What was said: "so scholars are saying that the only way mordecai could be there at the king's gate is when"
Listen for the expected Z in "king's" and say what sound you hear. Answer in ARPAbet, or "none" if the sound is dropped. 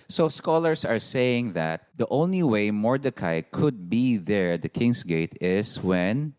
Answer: S